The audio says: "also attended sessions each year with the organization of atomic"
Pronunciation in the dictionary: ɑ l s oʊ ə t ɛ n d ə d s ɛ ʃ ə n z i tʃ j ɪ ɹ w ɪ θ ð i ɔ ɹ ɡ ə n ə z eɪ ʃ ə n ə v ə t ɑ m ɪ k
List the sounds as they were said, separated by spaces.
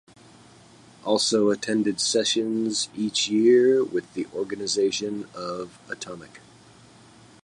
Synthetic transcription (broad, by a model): ɑ l s oʊ ə t ɛ n d ə d s ɛ ʃ ə n z i tʃ j ɪ ɹ w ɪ ð i ɔ ɹ ɡ ə n ə z eɪ ʃ ə n ə v ə t ɑ m ɪ k